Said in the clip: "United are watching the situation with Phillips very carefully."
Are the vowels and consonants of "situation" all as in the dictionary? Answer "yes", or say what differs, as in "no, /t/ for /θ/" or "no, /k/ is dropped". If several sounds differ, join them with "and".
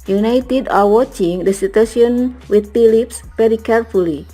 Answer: no, /ʃ/ is dropped